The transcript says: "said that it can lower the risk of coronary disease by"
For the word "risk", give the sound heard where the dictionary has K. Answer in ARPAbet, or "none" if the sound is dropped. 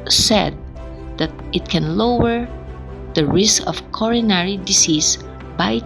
K